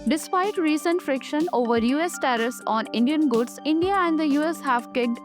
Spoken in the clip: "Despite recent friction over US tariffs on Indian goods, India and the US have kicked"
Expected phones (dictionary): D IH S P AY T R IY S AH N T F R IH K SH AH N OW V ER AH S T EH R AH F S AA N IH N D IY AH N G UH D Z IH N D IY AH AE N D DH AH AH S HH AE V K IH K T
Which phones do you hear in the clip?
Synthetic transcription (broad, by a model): D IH S P AY T R IY S AH N T F R IH K SH AH N OW V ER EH S T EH R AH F S AA N IH N D IY AH N G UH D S IH N D IY AH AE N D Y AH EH S HH AE V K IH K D